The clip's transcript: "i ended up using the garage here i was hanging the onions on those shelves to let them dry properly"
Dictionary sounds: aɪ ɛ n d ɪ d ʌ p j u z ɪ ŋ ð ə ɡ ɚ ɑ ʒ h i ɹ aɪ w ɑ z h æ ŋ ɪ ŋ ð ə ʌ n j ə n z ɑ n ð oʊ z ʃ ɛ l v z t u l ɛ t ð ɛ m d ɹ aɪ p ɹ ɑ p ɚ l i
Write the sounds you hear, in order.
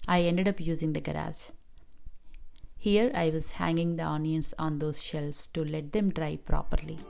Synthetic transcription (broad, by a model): aɪ ɛ n d ɪ d ʌ p j u z ɪ ŋ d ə ɡ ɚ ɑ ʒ h i ɹ aɪ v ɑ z h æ ŋ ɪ ŋ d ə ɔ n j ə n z ɑ n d oʊ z ʃ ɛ l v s t u l ɛ t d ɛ m d ɹ aɪ p ɹ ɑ p ɚ l i